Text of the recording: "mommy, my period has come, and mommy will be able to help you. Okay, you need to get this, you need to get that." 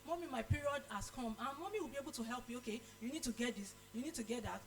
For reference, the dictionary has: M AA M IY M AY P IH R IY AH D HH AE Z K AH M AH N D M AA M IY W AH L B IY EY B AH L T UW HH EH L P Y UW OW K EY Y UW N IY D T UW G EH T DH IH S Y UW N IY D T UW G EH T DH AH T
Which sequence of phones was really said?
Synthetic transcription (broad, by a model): M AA M IY M AY P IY R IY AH D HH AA S K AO M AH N M AA M IY W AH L B IY EY B AH L T UW HH EH L P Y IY OW K EY Y UW N IY D T UW G EH T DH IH S Y UW N IY D T UW G EH T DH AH T